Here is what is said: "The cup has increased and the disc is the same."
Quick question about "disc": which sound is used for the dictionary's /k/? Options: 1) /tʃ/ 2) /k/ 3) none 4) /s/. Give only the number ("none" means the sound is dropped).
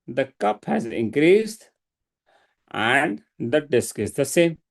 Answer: 2